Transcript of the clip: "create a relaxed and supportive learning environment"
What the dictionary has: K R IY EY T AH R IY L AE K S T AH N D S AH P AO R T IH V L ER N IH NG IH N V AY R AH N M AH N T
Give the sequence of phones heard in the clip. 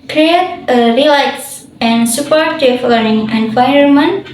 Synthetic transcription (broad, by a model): K R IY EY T AH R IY L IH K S AH N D S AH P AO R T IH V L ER IH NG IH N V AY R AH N M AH N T